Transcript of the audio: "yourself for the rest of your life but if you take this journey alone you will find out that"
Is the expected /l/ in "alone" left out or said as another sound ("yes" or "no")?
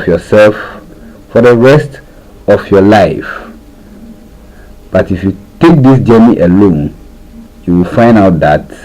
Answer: no